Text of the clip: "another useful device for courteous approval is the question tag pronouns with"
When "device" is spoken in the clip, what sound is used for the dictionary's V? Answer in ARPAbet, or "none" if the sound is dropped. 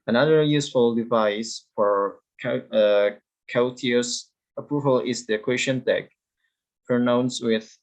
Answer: V